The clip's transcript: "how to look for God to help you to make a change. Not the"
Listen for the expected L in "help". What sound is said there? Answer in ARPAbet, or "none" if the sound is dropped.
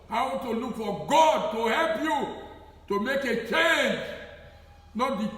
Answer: L